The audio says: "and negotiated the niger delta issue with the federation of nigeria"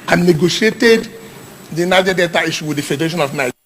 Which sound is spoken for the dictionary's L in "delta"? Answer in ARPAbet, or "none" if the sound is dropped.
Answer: none